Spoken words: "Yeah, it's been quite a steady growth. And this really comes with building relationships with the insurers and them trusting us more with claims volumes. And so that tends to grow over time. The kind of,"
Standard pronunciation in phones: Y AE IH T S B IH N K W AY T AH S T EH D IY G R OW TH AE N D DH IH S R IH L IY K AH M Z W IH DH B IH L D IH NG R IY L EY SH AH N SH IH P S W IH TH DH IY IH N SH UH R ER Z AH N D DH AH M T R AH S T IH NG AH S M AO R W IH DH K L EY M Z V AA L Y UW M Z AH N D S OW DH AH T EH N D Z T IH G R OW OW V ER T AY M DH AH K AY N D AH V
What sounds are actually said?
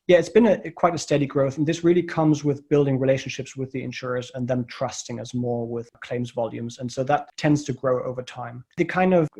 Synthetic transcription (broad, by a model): Y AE IH T S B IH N K W AY T AH S T EH D IY G R OW TH N DH IH S R IH L IY K AH M Z W IH DH B IH L D IH NG R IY L EY SH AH N SH IH P S W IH DH IY IH N SH UH R ER Z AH N DH AH M T R AH S T IH NG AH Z M AO R W IH DH K L EY M Z V AA L Y UW M Z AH N S OW DH AH T EH N D Z T IH G R OW OW V ER T AY M DH AH K AY N D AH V